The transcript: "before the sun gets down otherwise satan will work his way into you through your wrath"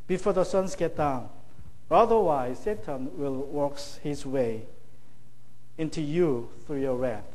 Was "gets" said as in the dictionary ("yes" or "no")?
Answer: no